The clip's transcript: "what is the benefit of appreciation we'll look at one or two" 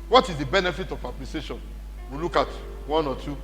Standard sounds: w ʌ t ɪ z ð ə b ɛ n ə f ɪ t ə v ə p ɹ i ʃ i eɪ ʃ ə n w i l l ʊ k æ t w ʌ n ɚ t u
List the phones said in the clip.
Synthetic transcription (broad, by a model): w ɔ t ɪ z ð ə b ɛ n ə f ɪ t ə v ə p l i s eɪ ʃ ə n w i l l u k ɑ t w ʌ n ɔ t u